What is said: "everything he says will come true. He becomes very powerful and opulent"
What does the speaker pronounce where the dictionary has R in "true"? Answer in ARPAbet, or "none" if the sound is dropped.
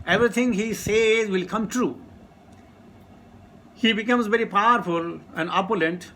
R